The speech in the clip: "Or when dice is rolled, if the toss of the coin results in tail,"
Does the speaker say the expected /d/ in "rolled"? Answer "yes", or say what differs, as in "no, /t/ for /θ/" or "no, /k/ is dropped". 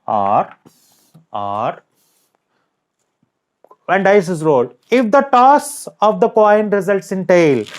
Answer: no, /d/ is dropped